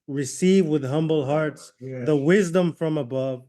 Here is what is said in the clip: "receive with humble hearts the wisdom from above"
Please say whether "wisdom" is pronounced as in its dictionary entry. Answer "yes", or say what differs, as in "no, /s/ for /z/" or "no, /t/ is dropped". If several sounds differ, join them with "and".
yes